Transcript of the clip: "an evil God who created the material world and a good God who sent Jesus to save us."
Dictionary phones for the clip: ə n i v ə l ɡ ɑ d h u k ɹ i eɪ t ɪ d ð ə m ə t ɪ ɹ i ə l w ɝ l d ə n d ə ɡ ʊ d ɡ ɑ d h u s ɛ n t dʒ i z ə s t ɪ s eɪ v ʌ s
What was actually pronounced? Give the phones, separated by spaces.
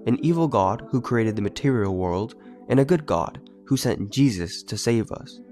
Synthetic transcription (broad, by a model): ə n i v l ɡ ɑ d h u k ɹ i eɪ t ɪ d ð ə m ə t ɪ ɹ i l w ɝ l d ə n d ə ɡ ʊ d ɡ ɑ d h u s ɛ n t dʒ i z ə s t ɪ s eɪ v ʌ s